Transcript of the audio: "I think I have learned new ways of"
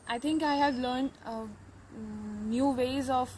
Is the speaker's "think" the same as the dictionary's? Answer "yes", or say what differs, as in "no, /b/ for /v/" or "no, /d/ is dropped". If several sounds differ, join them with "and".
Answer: no, /t/ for /θ/